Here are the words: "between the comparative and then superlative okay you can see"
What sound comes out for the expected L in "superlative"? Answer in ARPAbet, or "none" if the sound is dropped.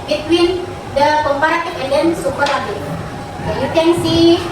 none